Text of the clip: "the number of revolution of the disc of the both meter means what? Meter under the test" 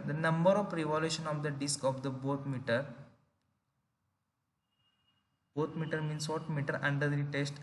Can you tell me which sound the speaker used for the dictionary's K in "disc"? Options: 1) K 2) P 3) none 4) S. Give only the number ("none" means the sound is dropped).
1